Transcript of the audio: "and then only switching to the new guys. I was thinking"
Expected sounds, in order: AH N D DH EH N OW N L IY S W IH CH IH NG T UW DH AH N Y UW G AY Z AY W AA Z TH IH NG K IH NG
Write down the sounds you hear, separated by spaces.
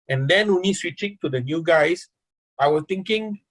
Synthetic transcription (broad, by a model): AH N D EH N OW N IY S W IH CH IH NG T UW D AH N Y UW G AY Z AY W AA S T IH NG K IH NG